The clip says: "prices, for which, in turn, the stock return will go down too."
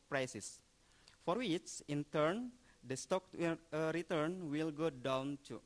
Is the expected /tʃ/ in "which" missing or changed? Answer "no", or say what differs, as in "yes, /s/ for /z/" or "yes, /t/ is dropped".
yes, /s/ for /tʃ/